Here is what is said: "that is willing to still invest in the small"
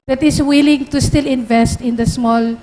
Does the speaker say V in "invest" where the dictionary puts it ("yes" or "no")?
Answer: yes